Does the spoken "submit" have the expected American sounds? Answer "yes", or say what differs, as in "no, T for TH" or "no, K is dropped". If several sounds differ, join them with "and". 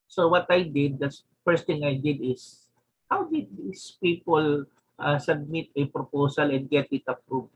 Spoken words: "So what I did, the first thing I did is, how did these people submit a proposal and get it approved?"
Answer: yes